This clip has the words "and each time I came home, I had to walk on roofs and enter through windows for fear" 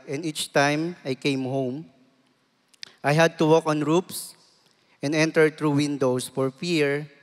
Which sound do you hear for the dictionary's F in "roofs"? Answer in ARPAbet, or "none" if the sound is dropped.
P